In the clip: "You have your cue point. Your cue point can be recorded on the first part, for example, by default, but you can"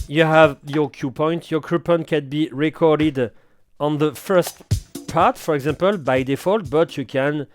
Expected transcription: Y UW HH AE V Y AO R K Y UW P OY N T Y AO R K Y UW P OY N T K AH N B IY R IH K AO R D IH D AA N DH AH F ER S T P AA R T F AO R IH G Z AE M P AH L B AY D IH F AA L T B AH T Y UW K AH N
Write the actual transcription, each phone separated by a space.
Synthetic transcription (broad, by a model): Y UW HH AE V Y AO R K Y UW P OY N T Y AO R K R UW P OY N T K AH N B IY R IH K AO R D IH D AA N DH AH F ER S T P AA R T F AO R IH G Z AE M P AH L B AY D IH F AA L T B AH T Y UW K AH N